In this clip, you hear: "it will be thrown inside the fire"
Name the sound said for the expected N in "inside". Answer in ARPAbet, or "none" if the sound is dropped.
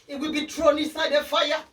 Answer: none